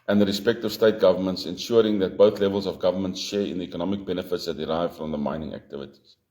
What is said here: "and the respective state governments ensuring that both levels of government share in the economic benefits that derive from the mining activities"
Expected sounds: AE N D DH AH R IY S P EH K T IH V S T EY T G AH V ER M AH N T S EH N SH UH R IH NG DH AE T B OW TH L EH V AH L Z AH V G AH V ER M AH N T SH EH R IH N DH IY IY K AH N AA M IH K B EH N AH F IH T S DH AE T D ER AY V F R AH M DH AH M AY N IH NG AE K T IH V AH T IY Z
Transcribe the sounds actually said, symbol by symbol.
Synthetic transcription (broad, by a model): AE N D DH AH R IY S P EH K T IH V S T EY T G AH V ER M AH N T S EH N SH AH R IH NG DH AE T B OW TH L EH V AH L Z AH V G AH V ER M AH N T SH EH R IH N DH IY IY K AH N AA M IH K B EH N AH F IH T S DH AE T D ER AY V F R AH M DH AH M AY N IH NG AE K T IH V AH T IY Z